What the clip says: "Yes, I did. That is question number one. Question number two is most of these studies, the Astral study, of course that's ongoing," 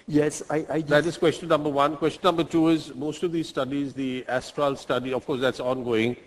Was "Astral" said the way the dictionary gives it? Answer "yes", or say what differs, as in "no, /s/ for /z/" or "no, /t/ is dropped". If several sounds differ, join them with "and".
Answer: yes